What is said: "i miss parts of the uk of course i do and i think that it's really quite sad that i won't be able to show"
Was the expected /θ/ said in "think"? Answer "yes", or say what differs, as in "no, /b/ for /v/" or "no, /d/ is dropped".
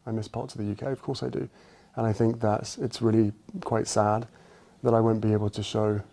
yes